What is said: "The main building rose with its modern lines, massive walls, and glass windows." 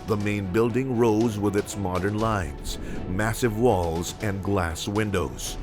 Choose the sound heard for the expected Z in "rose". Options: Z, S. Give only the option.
Z